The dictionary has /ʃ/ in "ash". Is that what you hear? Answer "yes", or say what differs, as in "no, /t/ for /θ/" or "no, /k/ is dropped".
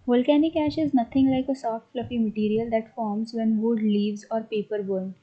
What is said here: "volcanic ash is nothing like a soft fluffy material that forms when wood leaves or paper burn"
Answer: yes